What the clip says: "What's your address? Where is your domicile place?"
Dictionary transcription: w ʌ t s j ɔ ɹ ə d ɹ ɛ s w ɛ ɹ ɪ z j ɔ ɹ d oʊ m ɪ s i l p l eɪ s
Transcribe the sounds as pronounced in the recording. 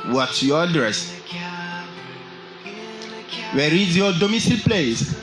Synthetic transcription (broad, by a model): w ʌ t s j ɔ ə d ɹ ɛ s w ɛ ɹ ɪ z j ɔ d oʊ m ɪ s i l p l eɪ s